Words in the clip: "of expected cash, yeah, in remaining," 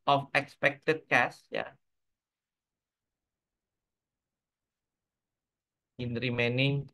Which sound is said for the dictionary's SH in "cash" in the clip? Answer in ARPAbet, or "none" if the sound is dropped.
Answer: S